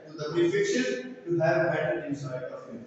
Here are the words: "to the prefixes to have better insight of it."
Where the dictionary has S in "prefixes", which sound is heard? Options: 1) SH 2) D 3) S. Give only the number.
1